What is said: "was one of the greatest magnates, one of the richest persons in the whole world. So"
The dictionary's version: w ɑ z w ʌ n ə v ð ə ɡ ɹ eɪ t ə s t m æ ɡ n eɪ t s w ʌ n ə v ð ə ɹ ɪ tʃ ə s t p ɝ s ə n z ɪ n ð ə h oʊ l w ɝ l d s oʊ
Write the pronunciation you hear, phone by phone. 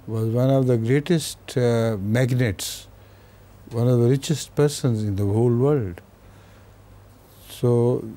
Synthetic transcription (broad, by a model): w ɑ z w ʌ n ə v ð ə ɡ ɹ eɪ t ə s t m æ ɡ n eɪ t s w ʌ n ə v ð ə ɹ ɪ tʃ ə s t p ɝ s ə n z ɪ n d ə h oʊ l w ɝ l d s oʊ